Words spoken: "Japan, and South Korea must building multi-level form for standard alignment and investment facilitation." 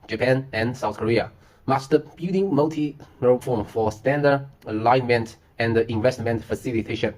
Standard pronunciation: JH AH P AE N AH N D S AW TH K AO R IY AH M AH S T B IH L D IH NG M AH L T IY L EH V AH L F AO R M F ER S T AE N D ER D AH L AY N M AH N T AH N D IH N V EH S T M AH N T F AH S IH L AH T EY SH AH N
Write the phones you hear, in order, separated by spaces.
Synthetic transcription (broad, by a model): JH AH P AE N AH N S AW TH K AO R IY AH M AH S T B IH D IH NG M AH L T IY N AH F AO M F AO S T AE N D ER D AH L AY N M AH N T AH N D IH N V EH S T M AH N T F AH S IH L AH T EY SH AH N